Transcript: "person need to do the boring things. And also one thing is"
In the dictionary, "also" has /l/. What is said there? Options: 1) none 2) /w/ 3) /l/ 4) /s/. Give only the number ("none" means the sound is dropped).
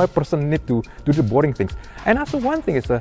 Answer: 1